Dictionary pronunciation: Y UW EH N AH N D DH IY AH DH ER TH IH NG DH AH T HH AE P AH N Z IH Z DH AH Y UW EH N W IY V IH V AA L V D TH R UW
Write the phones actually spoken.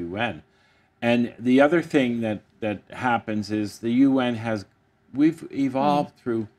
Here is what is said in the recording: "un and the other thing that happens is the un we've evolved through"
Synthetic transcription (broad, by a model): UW EH N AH N DH IY AH DH ER TH IH NG DH AH T HH AE P AH N Z IH Z DH AH Y UW EH N W IY V IH V AA L V D TH R UW